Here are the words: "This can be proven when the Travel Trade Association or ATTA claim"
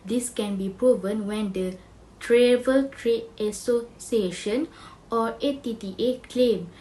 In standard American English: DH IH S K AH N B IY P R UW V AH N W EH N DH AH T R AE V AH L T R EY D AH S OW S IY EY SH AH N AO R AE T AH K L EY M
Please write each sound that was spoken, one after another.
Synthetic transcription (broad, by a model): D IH S K AH N B IY P R UW V AH N W EH N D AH T R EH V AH L T R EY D AH S OW S IY EY SH AH N AO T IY T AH K L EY M